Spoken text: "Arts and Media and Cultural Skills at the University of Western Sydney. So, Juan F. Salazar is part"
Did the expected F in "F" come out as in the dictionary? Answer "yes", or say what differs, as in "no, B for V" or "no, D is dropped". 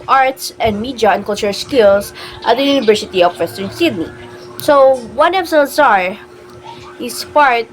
no, P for F